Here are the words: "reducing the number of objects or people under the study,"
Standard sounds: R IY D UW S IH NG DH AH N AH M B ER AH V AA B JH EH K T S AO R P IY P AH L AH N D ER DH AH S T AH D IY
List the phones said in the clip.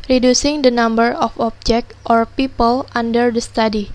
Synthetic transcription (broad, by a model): R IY D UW S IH NG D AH N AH M B ER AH F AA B JH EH K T AO R P IY P AH L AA N D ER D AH S T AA D IY